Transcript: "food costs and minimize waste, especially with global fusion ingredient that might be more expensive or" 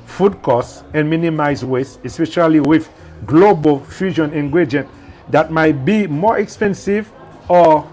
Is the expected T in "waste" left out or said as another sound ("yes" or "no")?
yes